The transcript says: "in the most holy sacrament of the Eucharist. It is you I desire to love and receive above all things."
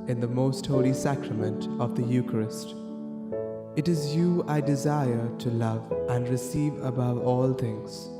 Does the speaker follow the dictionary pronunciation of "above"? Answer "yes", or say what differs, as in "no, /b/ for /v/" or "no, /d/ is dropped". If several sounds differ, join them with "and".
yes